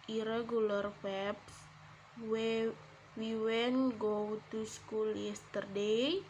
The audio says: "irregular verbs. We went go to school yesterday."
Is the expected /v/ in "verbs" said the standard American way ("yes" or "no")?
no